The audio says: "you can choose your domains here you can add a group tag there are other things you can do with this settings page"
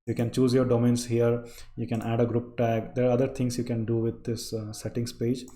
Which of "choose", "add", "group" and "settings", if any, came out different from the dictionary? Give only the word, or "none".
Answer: settings